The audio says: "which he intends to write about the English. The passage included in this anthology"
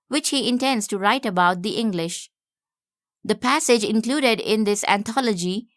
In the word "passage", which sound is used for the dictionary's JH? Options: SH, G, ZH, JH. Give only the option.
JH